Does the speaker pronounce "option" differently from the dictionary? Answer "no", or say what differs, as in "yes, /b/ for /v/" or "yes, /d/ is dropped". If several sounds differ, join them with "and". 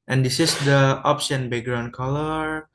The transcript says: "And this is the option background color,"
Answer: yes, /s/ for /ʃ/